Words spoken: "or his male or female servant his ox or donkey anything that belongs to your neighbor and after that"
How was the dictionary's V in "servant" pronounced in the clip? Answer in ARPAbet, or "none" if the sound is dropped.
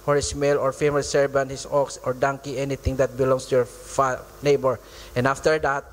B